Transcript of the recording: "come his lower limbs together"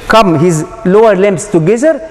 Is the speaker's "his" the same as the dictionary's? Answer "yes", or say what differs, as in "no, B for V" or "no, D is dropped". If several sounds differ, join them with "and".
yes